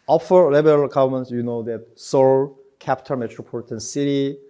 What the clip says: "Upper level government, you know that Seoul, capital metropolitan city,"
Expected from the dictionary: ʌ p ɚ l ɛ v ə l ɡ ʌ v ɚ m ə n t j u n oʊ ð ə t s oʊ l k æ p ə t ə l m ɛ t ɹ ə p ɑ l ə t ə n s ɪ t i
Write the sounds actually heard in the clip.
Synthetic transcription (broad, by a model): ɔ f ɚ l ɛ b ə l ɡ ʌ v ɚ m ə n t j u n oʊ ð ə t s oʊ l k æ p t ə n m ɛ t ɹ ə p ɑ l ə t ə n s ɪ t i